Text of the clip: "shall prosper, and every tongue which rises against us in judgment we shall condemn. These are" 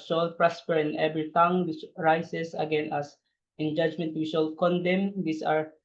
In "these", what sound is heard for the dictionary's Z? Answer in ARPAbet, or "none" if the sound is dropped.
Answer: S